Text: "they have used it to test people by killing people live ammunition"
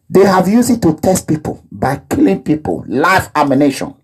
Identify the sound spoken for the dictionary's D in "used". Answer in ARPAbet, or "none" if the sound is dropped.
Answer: none